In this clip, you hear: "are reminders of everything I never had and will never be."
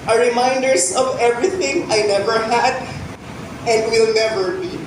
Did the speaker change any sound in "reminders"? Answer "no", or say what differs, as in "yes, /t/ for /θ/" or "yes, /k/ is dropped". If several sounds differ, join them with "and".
yes, /s/ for /z/